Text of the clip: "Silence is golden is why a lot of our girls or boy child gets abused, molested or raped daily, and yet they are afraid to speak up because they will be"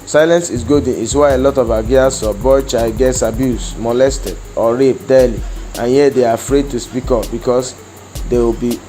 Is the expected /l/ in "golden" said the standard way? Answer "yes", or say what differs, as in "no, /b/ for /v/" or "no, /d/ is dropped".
no, /l/ is dropped